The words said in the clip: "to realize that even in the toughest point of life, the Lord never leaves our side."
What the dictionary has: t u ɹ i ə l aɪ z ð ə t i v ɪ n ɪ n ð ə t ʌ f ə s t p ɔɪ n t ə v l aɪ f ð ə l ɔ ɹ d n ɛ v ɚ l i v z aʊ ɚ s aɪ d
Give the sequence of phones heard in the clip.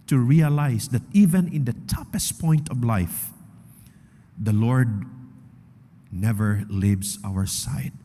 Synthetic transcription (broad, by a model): t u ɹ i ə l aɪ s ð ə t i v ɪ n ɪ n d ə t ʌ p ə s t p ɔɪ n t ə v l aɪ f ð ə l ɔ ɹ d n ɛ v ɚ l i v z aʊ ɚ s aɪ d